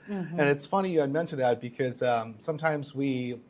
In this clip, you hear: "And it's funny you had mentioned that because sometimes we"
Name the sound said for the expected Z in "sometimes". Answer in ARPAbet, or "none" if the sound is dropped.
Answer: Z